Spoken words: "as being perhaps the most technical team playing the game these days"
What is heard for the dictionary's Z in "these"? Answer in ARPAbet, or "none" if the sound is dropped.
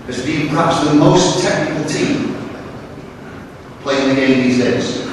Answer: Z